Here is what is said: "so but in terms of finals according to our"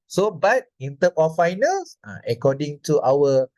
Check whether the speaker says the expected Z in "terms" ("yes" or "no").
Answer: no